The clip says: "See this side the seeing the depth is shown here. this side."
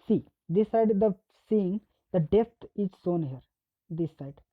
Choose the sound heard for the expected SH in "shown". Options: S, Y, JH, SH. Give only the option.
S